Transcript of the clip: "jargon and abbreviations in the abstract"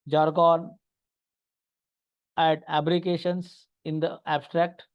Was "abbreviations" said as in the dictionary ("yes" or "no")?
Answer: no